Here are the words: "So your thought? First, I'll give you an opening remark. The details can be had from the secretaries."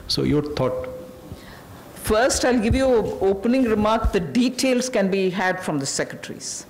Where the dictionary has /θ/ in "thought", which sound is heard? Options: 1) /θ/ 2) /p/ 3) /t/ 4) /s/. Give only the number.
3